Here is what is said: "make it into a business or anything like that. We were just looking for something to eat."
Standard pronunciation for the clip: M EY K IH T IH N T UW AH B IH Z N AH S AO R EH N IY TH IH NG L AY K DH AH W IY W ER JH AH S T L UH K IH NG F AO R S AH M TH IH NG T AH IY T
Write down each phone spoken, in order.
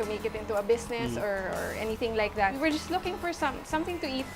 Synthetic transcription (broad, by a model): M EY K IH T IH N T UW AH B IH S N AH S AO R EH N IY TH IH NG L AY K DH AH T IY W ER JH AH S T L UH K IH NG F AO R S AH M TH IH NG T AH IY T